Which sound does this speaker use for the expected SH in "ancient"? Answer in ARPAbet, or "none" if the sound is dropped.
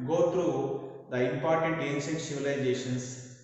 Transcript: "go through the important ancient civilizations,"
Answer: S